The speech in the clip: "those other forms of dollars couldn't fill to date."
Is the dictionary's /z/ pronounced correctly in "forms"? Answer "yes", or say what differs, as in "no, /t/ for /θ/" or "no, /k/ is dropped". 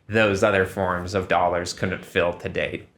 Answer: yes